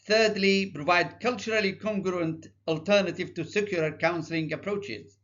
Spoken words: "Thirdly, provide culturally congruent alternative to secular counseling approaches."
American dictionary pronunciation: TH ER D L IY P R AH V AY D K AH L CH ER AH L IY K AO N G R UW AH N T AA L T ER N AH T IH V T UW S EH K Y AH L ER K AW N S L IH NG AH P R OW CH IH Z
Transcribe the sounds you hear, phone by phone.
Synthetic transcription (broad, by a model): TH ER D L IY P R AH V AY D K AH L CH ER AH L IY K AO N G R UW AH N T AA L T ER N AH T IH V T UW S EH K Y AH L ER K AW N S L IH NG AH P R OW CH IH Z